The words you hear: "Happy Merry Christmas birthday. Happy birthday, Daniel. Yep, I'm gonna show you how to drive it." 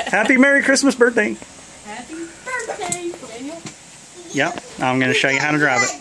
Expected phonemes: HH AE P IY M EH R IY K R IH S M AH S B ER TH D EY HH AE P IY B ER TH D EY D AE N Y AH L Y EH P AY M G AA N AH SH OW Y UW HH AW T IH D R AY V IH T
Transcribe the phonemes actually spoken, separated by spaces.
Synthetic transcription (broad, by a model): HH AE P IY M EH R IY K R IH S M AH S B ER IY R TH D EY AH Y EH P AY M G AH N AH SH OW Y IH HH AW T IH D R AY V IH T